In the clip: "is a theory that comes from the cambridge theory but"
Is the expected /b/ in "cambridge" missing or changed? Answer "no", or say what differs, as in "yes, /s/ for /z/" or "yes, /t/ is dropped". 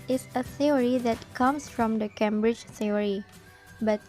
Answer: no